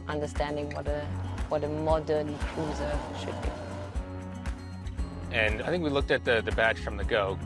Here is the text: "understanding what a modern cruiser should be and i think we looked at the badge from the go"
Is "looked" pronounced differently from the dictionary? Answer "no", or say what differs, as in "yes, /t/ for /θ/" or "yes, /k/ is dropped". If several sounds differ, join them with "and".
no